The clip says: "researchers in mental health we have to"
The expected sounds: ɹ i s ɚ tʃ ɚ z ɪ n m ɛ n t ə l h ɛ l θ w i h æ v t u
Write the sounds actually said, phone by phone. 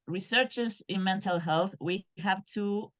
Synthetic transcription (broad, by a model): ɹ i s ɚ tʃ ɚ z ɪ n m ɛ n t ə l h ɛ l θ w i h æ v t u